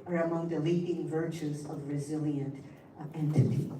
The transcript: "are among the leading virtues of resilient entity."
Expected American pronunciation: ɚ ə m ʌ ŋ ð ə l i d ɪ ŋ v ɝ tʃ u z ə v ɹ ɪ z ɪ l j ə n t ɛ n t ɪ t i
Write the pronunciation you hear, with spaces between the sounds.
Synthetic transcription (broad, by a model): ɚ ə m ʌ ŋ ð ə l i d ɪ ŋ v ɝ tʃ u z ə v ɹ ɪ z ɪ l j ə n t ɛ n t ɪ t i